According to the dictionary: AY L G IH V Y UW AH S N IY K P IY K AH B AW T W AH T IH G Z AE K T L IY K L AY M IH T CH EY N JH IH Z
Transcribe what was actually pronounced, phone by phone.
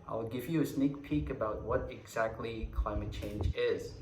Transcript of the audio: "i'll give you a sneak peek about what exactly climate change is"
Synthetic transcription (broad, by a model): AY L G IH V Y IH AH S N IY K P IY K AH B AW T W AH T IH G Z AE K T L IY K L AY M IH T CH EY N JH IH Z